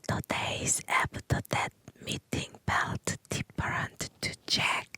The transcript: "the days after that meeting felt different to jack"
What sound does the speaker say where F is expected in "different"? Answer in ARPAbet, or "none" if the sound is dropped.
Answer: P